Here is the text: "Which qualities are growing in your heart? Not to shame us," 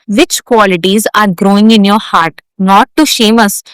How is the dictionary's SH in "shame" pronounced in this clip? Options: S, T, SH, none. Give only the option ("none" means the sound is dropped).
SH